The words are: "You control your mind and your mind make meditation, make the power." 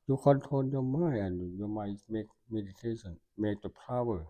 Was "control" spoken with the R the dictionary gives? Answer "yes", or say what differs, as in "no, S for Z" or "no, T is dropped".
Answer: no, R is dropped